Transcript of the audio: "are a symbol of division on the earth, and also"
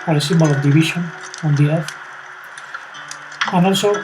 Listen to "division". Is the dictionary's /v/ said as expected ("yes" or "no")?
no